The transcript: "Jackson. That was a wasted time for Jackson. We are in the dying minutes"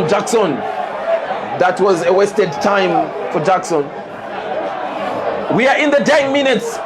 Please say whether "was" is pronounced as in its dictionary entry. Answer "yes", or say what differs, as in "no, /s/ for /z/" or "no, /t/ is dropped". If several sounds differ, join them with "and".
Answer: yes